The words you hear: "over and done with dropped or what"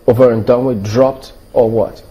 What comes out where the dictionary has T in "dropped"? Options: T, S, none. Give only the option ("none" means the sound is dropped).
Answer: T